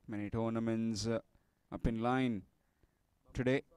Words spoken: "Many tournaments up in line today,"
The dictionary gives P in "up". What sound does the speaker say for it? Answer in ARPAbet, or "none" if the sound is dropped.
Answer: P